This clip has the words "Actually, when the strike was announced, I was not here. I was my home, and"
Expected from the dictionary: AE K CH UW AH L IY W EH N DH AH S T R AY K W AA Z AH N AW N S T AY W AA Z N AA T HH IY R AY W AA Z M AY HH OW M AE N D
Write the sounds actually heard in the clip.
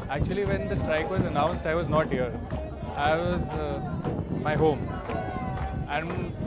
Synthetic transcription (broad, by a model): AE K CH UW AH L IY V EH N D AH S T R AY K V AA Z AH N AW N S T AY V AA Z N AA T HH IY R AY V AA Z M AY HH OW M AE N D